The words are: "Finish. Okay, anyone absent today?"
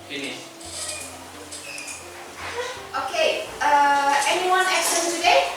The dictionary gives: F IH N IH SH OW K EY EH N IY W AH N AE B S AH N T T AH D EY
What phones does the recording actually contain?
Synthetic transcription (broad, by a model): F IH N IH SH OW K EY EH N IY W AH N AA S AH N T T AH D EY